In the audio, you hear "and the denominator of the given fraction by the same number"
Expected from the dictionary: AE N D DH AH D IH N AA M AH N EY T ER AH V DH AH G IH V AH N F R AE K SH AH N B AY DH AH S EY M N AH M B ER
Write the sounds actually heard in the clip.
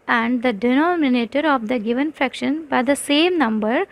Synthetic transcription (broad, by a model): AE N D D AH D IH N AA M AH N EY T ER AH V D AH G IH V AH N F R AE K SH AH N B AY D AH S EY M N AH M B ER